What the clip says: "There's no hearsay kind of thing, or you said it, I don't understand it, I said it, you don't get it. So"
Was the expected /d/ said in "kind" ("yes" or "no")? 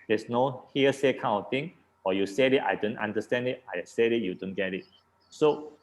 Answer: no